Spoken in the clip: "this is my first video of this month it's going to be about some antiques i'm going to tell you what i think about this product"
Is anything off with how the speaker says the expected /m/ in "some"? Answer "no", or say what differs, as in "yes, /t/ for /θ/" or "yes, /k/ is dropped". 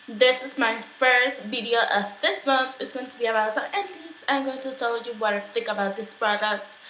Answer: yes, /m/ is dropped